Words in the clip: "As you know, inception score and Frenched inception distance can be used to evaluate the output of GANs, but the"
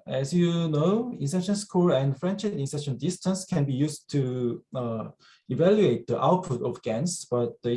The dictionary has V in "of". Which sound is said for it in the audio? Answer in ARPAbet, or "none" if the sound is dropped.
F